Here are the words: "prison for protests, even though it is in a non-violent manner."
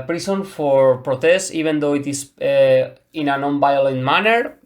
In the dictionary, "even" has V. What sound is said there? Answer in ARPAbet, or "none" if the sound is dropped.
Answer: B